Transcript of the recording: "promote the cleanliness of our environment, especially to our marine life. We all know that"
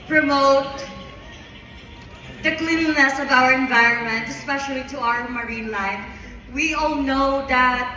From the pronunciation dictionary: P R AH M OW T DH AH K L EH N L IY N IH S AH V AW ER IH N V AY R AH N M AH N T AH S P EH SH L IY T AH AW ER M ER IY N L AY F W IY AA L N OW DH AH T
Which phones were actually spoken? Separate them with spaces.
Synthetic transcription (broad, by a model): P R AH M OW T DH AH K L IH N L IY N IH S AH V AW ER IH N V AY R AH N M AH N T AH S P EH SH L IY T AH AW ER M ER IY N L AY F W IY AA L N OW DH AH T